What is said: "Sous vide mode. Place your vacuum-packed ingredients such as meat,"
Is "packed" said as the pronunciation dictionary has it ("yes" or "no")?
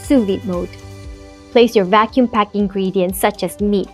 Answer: no